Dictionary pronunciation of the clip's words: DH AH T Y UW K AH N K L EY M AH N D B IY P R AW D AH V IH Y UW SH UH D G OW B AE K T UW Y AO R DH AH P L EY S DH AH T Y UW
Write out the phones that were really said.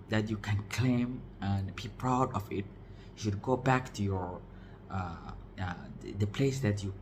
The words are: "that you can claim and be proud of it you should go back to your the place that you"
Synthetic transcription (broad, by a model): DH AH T Y UW K AH N K L EY M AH N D B IY P R AW D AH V IH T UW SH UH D G OW B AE K T UW Y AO R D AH P L EY S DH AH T Y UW